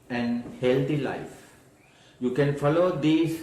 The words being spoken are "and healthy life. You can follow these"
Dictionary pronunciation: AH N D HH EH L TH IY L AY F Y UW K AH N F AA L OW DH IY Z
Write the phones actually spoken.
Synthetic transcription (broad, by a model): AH N D HH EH L T IY L AY F Y UW K AH N F AA L OW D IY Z